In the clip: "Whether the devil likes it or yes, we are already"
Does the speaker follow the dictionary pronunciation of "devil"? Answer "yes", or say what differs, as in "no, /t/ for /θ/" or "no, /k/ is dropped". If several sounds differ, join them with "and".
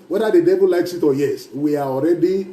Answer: no, /b/ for /v/